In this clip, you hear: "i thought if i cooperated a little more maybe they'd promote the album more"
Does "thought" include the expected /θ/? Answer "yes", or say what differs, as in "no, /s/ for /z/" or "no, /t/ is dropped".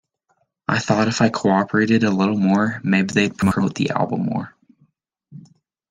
yes